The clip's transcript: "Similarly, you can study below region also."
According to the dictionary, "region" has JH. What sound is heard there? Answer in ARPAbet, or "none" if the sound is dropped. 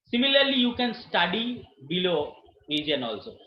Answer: none